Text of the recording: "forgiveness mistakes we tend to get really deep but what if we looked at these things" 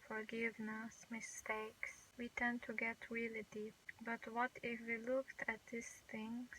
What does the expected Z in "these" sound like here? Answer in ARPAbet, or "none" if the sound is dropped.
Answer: S